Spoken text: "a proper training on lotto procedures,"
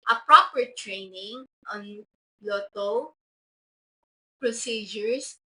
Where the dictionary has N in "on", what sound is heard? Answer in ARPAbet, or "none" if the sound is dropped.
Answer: N